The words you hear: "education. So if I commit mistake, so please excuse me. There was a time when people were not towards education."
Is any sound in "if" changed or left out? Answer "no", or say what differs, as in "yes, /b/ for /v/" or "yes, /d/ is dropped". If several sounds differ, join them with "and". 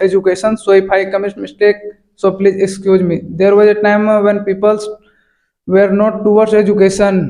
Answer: yes, /p/ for /f/